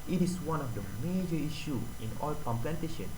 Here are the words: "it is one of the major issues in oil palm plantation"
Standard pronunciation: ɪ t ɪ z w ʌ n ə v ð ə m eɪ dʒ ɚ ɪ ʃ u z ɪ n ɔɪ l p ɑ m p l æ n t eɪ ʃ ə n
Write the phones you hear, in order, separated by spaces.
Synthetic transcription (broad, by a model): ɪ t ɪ s w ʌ n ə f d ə m eɪ dʒ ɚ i ʃ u ɪ n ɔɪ l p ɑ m p l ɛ n t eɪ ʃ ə n